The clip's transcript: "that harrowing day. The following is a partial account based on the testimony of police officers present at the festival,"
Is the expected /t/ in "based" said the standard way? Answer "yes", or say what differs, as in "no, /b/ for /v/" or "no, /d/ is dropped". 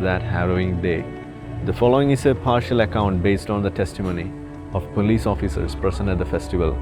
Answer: yes